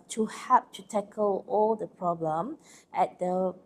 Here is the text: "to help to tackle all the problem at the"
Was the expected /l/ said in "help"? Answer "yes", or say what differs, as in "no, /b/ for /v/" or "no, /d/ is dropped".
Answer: no, /l/ is dropped